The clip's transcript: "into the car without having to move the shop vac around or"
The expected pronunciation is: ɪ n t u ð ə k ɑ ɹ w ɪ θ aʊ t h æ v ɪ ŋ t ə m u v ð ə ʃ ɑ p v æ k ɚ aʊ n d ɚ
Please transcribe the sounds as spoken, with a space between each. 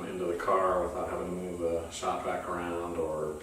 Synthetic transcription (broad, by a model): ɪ n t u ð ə k ɑ ɹ w ɪ θ aʊ t h æ v ɪ ŋ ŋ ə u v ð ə s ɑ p b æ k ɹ aʊ n d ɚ